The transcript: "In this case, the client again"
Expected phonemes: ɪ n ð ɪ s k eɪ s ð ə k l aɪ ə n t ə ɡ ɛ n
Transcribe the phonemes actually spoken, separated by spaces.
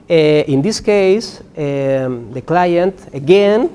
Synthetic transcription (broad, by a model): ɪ n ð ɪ s k eɪ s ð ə k l aɪ ə n t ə ɡ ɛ n